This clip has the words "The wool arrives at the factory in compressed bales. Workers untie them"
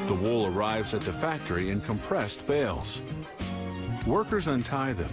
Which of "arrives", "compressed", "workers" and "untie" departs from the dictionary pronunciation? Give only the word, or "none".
none